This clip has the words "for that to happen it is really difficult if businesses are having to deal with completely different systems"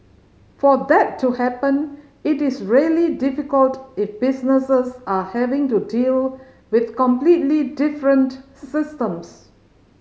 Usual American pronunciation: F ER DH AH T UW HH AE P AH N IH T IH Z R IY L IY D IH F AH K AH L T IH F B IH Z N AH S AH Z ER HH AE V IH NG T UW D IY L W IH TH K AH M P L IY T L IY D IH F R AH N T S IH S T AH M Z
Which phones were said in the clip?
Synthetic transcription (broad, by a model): F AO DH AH T UW HH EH P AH N IH T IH S R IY L IY D IH F AH K AH L T IH F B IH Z N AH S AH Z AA HH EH V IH NG T UW D IY L W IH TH K AH M P L IY T L IY D IH F R AH N T S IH S T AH M S